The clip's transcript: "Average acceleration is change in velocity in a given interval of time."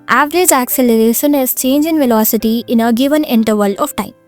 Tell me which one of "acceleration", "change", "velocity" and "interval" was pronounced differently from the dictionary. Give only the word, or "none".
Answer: none